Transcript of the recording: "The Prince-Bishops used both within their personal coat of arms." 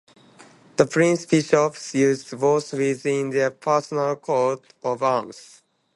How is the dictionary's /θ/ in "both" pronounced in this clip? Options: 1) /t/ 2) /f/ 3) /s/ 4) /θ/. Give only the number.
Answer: 3